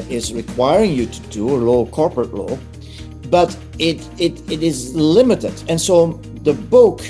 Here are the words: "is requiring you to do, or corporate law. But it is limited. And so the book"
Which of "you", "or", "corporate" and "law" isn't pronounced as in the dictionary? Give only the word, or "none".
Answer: or